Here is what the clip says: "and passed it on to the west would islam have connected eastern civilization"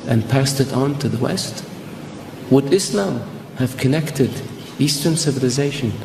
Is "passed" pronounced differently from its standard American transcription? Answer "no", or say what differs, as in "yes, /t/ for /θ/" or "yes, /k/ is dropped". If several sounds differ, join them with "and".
no